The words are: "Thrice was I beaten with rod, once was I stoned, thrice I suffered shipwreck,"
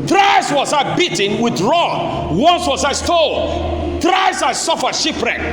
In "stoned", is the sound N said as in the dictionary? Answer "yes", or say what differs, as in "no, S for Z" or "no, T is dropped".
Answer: no, L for N